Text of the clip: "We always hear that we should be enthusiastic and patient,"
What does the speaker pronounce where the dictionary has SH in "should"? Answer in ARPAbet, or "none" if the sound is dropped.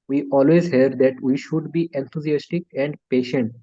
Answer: SH